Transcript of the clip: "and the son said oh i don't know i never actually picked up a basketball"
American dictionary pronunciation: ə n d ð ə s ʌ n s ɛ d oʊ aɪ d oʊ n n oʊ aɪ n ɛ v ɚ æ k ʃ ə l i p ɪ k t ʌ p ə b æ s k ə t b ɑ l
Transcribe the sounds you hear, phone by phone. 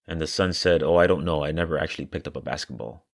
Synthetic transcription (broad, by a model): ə n ð ə s ʌ n s ɛ d oʊ aɪ d oʊ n n oʊ aɪ n ɛ v ɚ æ k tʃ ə l i p ɪ k t ʌ p ə b æ s k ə t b ɑ l